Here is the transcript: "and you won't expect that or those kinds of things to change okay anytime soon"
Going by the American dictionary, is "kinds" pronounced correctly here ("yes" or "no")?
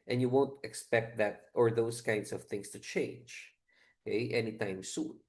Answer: no